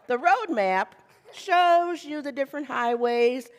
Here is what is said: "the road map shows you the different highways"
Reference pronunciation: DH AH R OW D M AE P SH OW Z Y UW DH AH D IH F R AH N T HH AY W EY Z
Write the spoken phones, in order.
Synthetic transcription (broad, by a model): DH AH R OW D M AE P SH OW Z Y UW DH AH D IH F R AH N T HH AY W EY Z